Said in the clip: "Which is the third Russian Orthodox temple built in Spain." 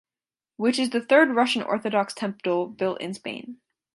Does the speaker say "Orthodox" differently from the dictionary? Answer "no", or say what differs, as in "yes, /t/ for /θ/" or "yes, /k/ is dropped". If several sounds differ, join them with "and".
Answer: no